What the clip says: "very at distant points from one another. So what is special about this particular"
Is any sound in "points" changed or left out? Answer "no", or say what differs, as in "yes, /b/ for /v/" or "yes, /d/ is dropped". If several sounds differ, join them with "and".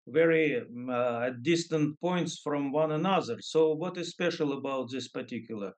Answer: no